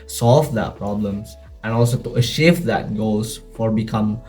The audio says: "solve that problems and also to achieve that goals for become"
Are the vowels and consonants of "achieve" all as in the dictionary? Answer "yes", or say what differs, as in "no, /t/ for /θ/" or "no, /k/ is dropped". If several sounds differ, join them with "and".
no, /ʃ/ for /tʃ/